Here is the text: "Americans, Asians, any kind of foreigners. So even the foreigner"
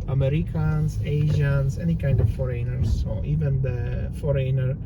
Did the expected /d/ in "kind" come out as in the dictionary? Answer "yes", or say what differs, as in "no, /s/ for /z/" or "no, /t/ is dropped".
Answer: yes